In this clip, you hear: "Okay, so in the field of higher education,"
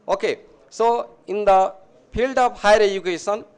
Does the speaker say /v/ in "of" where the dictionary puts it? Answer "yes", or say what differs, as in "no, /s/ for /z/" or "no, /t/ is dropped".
no, /p/ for /v/